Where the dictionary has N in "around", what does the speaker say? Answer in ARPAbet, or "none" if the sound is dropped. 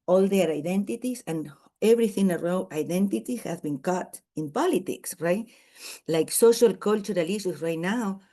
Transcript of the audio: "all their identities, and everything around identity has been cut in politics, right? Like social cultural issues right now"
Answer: none